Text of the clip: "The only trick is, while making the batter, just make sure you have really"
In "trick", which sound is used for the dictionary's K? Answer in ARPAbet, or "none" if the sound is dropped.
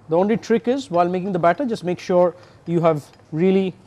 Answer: K